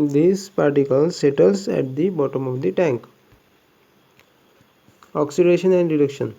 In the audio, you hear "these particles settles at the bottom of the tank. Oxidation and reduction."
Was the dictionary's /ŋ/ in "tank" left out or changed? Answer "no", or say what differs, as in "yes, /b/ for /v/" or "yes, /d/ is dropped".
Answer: no